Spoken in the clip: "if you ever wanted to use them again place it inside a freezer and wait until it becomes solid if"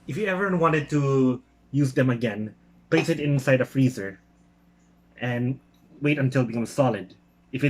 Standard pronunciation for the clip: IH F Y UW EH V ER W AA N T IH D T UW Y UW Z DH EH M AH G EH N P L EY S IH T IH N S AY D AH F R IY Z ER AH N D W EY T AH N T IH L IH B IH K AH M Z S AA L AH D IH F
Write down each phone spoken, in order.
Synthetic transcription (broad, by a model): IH F Y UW EH V ER W AA N T IH D T UW Y UW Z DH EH M AH G EH N P L EY S IH T IH N S AY D AH F R IY Z ER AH N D W EY T AH N T IH L B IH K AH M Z S AA L AH D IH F